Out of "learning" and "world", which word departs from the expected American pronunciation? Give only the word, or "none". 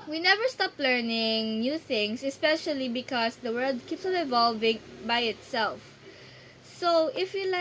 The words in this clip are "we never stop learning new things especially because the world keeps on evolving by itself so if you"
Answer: none